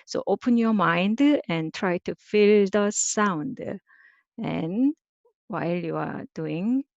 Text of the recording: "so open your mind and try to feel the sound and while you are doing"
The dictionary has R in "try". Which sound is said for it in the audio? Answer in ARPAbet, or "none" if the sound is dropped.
R